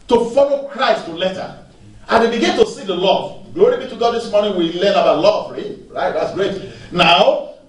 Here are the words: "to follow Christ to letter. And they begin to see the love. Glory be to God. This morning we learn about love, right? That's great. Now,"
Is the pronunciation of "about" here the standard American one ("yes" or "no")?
no